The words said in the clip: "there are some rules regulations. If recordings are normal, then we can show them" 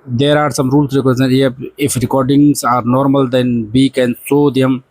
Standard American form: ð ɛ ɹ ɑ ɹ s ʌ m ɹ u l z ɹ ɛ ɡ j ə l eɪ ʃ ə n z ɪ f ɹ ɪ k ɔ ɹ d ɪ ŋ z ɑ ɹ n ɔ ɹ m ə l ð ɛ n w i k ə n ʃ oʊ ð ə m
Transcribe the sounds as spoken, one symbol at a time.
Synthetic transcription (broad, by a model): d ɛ ɹ ɑ ɹ s ʌ m ɹ u l s ɹ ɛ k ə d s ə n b ɪ f ɹ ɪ k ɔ ɹ d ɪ ŋ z ɑ ɹ n ɔ ɹ m ə l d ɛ n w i k ə n s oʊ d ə m